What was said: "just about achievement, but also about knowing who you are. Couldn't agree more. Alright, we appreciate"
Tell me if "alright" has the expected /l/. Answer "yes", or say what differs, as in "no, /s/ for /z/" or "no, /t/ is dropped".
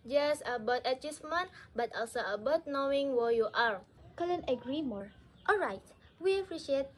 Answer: yes